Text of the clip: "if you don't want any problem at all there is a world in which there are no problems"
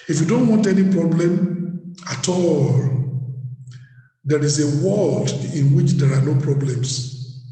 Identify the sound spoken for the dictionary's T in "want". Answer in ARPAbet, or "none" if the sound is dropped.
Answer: T